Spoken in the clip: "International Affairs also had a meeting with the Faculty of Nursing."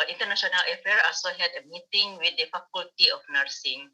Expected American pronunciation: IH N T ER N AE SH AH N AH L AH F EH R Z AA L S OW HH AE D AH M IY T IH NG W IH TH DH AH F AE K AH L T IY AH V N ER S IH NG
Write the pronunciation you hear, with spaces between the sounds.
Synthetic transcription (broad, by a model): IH N T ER N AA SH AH N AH L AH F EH R AA L S OW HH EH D AH M IY T IH NG W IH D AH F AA K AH L T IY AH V N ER S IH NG